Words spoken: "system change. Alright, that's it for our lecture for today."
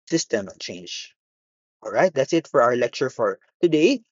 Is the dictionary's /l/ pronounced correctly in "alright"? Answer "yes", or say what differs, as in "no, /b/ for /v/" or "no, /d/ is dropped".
yes